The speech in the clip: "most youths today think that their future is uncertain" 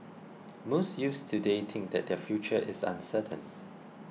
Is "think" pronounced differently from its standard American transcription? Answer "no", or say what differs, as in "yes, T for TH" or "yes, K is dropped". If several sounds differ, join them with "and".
yes, T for TH